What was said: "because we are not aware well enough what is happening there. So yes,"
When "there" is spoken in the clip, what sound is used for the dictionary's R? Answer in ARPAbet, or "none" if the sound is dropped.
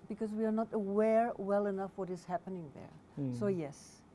R